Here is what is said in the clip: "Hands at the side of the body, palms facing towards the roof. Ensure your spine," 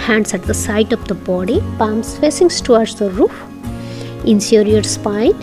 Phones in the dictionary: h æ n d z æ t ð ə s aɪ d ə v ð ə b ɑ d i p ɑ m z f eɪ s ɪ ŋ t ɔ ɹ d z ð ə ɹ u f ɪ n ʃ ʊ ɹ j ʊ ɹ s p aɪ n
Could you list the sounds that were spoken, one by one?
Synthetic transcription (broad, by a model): h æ n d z æ t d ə s aɪ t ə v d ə b ɑ d i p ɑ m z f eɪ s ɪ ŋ t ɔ ɹ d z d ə ɹ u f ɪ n s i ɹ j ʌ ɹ s p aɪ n